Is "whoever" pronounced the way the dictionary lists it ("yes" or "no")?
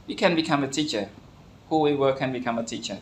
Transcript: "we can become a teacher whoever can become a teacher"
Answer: no